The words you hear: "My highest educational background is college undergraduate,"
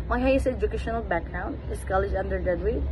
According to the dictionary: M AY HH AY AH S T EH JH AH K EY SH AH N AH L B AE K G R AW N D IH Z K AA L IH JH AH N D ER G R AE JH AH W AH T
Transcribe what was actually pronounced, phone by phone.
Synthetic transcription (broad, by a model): M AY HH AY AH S EH JH AH K EY SH AH N AH L B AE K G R AW N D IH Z K AA L IH JH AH N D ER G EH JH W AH